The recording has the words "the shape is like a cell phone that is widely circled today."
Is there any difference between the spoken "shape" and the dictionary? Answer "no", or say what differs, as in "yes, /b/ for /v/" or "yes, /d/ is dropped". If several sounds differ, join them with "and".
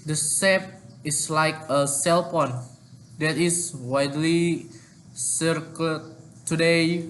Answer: yes, /s/ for /ʃ/